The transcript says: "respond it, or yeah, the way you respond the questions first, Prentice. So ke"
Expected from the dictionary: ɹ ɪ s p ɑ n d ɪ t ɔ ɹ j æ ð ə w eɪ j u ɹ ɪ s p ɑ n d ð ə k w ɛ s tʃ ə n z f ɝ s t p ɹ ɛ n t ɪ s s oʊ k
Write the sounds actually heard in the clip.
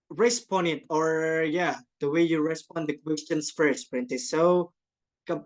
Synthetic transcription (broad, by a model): ɹ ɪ s p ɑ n ɪ t ɔ ɹ j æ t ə w eɪ j u ɹ ɪ s p ɑ n d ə k w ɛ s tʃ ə n s f ɝ s t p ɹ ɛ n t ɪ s s oʊ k